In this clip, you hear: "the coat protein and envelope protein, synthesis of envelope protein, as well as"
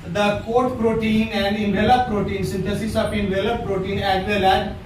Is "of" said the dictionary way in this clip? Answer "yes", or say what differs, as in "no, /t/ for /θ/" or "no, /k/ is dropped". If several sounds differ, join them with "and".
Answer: no, /p/ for /v/